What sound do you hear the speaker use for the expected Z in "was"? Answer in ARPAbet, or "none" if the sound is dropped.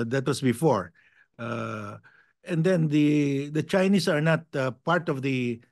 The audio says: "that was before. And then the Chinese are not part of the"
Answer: S